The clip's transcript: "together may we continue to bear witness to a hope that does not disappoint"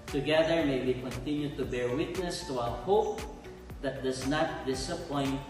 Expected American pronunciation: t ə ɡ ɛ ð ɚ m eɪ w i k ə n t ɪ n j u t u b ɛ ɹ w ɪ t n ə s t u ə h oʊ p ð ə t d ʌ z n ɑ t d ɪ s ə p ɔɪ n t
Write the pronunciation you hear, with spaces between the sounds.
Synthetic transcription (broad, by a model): t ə ɡ ɛ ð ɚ m eɪ w i k ə n t ɪ n j u t u b ɛ ɹ w ɪ t n ə s t u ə h oʊ p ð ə t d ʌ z n ɑ t d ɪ s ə p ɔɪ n